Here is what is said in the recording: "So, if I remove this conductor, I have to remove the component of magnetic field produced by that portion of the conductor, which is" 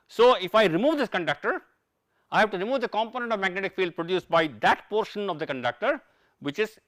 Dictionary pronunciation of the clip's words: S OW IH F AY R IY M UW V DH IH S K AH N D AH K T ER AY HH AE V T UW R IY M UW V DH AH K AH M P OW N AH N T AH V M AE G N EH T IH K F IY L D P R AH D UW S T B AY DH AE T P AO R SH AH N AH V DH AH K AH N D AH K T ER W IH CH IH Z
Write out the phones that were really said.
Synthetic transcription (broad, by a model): S OW IH F AY R IY M UW V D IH S K AH N D AH K T ER AY HH AE V T UW R IY M UW V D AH K AH M P OW N AH N T AH V M AE G N EH T IH K F IY L D P R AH D UW S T B AY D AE T P AO R SH AH N AH V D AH K AH N D AH K T ER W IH CH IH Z